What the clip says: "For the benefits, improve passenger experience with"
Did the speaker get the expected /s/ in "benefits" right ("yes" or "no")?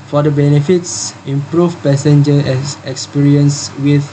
yes